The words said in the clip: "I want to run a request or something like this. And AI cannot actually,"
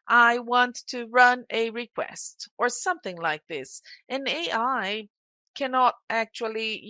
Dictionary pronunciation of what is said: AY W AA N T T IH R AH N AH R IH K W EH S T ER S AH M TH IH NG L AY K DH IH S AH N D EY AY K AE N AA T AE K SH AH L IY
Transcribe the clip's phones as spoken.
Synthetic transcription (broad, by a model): AY W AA N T T IH R AH N AH R IH K W EH S T ER S AH M TH IH NG L AY K DH IH S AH N EY AY K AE N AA T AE K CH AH L IY